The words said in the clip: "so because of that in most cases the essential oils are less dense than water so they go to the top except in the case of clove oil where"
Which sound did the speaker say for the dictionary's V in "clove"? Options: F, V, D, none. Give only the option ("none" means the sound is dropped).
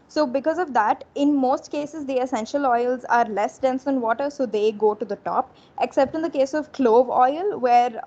V